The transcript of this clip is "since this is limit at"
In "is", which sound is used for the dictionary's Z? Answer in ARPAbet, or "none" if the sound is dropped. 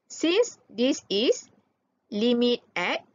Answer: S